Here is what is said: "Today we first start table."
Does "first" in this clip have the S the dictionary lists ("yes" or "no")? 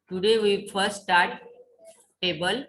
no